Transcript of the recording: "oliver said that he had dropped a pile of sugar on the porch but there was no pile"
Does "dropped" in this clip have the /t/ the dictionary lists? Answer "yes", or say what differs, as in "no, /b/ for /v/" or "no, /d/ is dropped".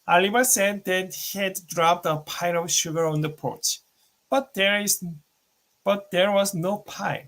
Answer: yes